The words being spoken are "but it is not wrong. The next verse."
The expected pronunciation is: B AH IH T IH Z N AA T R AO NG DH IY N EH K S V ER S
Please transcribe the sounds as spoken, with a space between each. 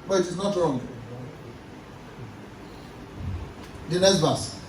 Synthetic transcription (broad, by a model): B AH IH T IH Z N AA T R AO NG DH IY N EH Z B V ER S